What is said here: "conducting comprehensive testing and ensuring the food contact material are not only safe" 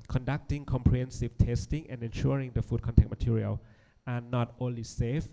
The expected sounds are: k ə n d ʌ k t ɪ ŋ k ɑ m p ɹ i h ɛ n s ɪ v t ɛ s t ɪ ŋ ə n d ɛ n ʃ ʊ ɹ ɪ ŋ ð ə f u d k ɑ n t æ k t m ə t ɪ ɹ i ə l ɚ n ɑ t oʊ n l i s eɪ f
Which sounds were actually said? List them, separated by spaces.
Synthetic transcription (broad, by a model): k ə n d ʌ k t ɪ ŋ k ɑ m p ɹ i h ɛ n s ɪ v t ɛ s t ɪ ŋ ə n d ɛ n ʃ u ɹ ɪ ŋ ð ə f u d k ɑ n t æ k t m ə t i ɹ i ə l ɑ n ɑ t oʊ n l i s eɪ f